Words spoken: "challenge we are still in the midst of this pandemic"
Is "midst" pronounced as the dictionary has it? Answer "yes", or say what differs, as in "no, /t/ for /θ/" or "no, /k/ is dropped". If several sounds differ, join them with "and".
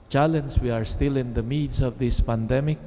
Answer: no, /t/ is dropped